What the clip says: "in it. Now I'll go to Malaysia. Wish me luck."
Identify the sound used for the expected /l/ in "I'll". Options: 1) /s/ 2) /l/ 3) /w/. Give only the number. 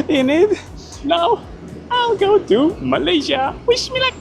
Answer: 2